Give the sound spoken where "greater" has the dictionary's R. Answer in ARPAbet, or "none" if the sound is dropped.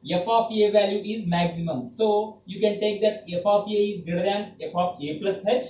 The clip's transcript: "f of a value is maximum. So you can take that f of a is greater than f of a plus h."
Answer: none